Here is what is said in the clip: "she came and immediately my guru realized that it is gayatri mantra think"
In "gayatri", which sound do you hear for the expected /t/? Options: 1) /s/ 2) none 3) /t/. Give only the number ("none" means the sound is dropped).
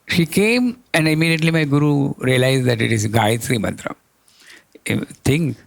1